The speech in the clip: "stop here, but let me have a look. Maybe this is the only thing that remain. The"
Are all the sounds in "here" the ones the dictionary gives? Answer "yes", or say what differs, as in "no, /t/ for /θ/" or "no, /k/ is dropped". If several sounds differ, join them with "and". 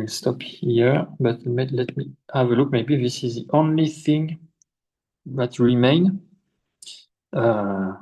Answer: yes